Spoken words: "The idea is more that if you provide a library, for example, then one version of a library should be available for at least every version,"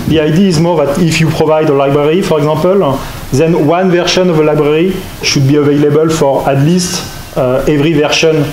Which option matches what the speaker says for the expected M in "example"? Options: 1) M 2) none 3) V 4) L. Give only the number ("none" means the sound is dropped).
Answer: 2